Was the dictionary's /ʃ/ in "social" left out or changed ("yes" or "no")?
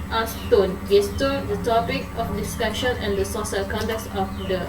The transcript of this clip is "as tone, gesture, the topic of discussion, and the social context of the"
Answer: yes